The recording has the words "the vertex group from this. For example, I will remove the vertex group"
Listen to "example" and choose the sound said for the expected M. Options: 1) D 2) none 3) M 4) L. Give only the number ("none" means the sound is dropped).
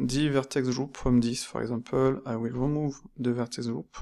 2